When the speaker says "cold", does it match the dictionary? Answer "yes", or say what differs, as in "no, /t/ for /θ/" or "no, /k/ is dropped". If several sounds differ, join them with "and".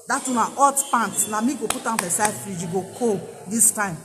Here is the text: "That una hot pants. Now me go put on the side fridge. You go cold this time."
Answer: no, /l/ is dropped